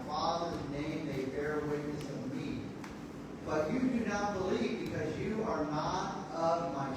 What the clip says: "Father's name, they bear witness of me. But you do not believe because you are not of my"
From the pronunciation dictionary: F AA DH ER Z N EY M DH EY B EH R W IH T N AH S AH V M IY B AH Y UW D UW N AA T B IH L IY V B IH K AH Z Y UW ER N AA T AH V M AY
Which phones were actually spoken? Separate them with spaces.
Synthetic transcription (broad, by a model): F AA DH ER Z N EY M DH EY B EH R W IH T N AH S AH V M IY B AH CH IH D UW N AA T B IH L IY V B IH K AH Z Y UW ER N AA T AH V M AY